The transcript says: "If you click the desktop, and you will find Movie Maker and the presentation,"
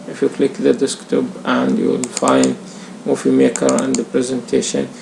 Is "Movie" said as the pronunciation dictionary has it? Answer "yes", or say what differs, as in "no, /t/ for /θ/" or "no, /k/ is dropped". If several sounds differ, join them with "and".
no, /f/ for /v/